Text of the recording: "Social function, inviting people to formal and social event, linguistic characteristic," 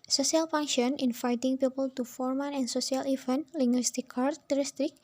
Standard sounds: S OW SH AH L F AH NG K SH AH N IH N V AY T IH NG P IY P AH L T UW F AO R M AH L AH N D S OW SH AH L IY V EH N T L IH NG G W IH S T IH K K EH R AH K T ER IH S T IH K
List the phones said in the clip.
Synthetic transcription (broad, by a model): S OW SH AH L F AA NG SH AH N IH N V AY T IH NG P IY P AH L T UW F AO R M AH N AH N S OW S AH L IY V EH N L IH NG G W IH S T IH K K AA R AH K T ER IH S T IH K